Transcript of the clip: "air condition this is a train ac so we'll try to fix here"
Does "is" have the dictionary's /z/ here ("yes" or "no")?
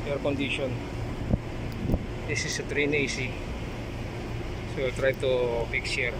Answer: no